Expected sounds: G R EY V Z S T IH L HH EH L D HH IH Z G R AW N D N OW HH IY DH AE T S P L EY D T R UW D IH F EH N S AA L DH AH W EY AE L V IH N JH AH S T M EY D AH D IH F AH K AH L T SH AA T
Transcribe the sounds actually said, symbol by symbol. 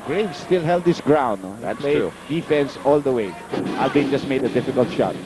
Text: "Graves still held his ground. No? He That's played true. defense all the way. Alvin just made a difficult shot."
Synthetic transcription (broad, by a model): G R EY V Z S T IH L HH EH L D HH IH S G R AW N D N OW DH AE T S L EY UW D IH F EH N S AA L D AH W EY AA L B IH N JH AH S T M EY D AH D IH F AH K AH L T SH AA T